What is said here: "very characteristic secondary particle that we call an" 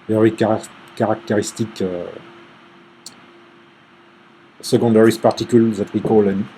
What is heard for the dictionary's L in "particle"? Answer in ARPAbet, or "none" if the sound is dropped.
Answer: L